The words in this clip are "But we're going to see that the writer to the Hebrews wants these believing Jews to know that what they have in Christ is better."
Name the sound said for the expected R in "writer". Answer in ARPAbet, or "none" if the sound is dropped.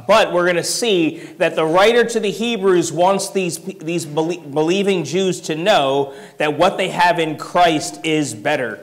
R